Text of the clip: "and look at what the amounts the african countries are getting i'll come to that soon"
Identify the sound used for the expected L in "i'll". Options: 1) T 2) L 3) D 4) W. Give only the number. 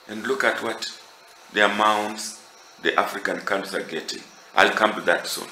2